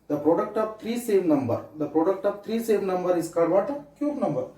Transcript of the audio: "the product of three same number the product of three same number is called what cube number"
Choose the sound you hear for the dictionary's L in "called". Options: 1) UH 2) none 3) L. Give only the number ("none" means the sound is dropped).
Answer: 2